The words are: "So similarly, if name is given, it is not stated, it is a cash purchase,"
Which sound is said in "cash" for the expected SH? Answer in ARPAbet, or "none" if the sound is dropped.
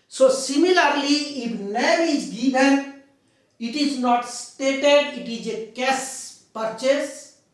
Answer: S